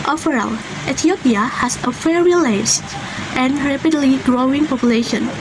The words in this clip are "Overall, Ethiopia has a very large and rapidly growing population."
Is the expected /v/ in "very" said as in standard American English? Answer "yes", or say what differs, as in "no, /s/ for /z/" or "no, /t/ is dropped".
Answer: no, /f/ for /v/